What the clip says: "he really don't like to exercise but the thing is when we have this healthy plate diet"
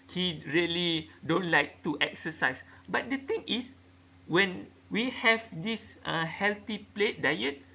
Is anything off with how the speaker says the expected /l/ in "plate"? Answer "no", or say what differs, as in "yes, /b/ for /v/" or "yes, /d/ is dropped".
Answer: no